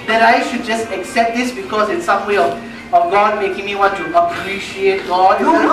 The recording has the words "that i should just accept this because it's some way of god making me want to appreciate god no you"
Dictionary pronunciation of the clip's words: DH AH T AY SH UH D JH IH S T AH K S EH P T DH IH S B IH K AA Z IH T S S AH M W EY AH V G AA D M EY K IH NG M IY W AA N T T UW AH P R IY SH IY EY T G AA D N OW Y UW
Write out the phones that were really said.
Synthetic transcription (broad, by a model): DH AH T AY SH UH D JH IH S T AH K S EH P T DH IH S B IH K AA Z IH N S S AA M W EY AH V G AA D M EY K IH NG M IY W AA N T T UW AH P R IY SH IY EY T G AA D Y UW